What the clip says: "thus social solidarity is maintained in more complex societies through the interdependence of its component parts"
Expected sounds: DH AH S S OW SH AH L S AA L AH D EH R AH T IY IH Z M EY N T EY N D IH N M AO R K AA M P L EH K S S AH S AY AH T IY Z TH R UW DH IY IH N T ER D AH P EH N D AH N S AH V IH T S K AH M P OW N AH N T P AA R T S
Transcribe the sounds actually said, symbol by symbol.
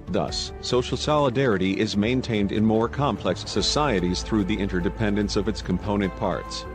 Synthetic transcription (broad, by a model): DH AH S S OW SH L S AA L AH D EH R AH T IY IH Z M EY N T EY N D IH N M AO R K AA M P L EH K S S AH S AY AH T IY Z TH R UW DH IY IH N T ER D AH P EH N D AH N S AH V IH T S K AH M P OW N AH N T P AA R T S